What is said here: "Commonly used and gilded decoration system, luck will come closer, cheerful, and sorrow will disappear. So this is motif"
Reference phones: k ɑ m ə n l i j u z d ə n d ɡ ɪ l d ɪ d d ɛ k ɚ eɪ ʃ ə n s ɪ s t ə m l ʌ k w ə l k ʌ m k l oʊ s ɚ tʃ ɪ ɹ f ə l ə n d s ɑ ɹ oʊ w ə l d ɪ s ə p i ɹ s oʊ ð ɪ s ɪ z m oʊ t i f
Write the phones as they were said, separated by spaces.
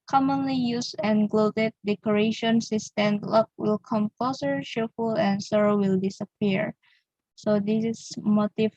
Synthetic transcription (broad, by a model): k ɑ m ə n l i j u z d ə n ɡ l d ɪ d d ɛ k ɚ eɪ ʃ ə n s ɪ s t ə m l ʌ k w ə l k ʌ m k l oʊ s ɚ ʃ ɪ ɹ f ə l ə n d s ɑ ɹ oʊ w ə l d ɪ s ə p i ɹ s oʊ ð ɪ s m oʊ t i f